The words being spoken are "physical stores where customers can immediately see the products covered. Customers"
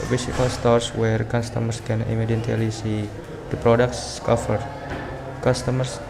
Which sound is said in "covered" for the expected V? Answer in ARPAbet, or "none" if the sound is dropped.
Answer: F